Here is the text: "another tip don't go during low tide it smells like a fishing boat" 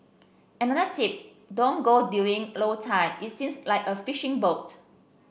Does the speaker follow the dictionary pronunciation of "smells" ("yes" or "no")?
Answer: no